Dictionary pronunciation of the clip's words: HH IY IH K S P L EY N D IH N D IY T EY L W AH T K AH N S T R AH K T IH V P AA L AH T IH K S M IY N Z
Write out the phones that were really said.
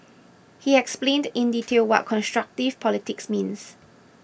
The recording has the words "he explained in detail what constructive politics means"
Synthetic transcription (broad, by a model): HH IY IH K S P L EY N D IH N D IY T EY L W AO T K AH N S T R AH K T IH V P AA L AH T IH K S M IY N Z